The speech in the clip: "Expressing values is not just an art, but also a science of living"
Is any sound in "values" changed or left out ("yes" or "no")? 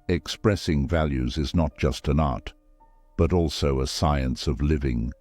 no